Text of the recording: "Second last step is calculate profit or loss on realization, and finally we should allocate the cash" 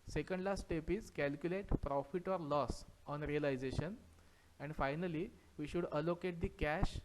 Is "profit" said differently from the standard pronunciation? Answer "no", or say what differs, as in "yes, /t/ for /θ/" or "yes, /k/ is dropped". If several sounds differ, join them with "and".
no